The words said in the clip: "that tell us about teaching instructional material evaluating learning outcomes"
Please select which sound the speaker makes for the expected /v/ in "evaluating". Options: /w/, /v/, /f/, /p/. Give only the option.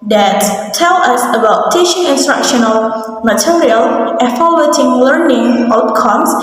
/f/